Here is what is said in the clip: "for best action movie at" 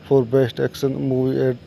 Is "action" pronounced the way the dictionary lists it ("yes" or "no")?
no